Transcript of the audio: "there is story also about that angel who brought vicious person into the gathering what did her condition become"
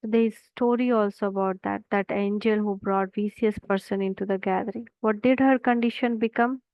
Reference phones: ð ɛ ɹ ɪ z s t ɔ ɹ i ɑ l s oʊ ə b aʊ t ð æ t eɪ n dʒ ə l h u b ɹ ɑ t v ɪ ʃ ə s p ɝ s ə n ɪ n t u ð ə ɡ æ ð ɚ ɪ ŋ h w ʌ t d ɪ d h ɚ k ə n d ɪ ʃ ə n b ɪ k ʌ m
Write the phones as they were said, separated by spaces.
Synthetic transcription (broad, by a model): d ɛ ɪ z s t ɔ ɹ i ɑ l s oʊ ə b aʊ t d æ t eɪ n dʒ ə l h u b ɹ ɑ t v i s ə s p ɝ s ə n ɪ n t u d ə ɡ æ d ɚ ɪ ŋ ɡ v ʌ t d ɪ d h ɚ k ə n d ɪ ʃ ə n b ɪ k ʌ m